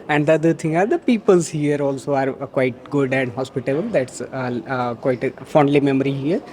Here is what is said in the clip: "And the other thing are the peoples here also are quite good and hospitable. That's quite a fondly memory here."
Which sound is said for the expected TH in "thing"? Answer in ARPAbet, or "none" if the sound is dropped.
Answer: T